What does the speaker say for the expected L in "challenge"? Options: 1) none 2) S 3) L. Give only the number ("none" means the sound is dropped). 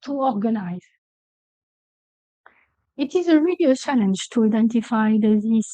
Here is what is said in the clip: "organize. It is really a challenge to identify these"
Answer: 3